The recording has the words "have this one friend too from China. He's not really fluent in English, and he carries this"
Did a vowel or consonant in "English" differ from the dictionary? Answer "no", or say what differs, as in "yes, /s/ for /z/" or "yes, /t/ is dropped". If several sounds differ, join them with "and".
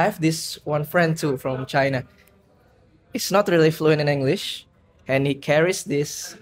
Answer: no